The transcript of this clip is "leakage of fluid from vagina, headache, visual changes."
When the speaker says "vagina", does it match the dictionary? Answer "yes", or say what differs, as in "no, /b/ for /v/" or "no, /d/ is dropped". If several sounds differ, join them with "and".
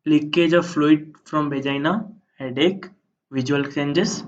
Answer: no, /b/ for /v/